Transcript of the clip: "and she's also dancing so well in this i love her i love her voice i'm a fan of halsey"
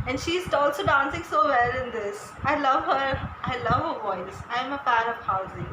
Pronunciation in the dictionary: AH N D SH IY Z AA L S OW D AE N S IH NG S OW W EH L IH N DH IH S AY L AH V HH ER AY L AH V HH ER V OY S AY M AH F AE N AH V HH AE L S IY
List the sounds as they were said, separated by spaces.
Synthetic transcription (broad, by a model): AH N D SH IY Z AA L S OW D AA N S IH NG S OW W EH L IH N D IH S AY L AH V HH ER AY L AH V HH ER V OY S AY M AH P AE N AH V HH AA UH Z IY